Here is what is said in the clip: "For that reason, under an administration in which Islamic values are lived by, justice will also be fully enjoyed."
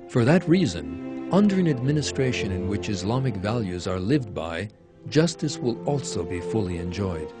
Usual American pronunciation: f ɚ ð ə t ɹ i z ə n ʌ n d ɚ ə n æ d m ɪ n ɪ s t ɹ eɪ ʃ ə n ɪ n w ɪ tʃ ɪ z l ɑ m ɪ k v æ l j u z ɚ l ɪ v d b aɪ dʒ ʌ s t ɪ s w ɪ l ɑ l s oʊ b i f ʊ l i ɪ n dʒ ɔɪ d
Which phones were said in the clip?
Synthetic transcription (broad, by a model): f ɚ ð ə t ɹ i z ə n ʌ n d ɚ ə n æ d m ɪ n ɪ s t ɹ eɪ ʃ ə n ɪ n w ɪ tʃ ɪ z l ɑ m ɪ k v æ l j u z ɚ l ɪ v d b aɪ dʒ ʌ s t ɪ s w ɪ l ɑ l s oʊ b i f ʊ l i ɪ n dʒ ɔɪ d